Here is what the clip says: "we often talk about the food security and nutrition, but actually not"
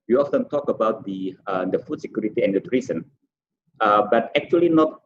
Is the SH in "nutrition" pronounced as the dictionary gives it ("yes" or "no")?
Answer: no